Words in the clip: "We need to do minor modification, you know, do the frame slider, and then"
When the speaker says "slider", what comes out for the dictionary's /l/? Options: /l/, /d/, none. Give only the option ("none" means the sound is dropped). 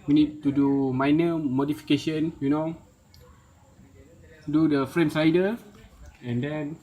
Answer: none